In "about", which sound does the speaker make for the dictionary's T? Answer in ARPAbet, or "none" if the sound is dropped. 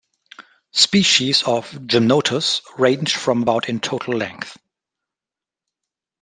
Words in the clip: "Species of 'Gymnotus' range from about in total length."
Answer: T